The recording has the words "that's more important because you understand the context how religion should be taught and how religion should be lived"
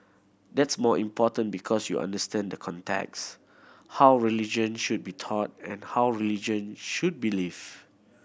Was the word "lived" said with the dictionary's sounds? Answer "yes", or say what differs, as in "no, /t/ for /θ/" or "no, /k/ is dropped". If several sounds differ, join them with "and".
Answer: no, /d/ is dropped